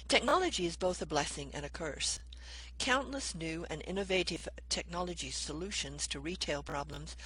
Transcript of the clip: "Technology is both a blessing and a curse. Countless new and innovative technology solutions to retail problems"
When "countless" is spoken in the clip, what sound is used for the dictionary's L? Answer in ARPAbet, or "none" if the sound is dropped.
L